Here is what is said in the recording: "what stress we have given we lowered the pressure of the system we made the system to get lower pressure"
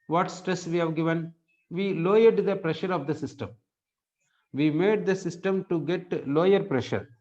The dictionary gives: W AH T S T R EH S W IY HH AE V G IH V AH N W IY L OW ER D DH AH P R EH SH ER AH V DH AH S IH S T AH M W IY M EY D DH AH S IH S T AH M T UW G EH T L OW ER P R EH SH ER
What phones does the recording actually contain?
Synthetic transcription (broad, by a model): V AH T S T R EH S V IY HH AE V G IH V AH N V IY L OW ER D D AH P R EH SH ER AH V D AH S IH S T AH M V IY M EY D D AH S IH S T AH M T UW G EH T L OW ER P R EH SH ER